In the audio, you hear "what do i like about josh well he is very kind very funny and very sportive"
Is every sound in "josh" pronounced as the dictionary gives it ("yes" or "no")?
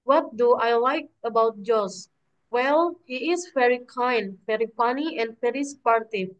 no